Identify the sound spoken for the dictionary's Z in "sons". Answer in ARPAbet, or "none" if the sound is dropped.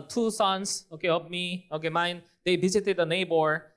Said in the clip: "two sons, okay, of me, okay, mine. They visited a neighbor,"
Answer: S